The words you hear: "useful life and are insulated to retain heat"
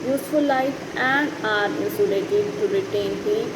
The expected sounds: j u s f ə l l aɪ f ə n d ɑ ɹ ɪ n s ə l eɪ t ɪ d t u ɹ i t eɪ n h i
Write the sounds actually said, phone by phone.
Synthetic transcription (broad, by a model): j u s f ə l l aɪ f ə n d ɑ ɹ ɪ s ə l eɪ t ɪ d t u ɹ i t eɪ n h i